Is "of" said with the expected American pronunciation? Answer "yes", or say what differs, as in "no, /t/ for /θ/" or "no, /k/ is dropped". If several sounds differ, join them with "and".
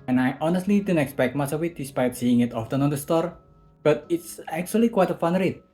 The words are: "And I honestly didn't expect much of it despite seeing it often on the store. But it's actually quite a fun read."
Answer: no, /w/ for /v/